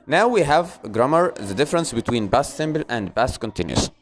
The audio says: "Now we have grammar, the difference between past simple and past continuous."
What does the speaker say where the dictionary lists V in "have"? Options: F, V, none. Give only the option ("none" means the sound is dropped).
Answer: V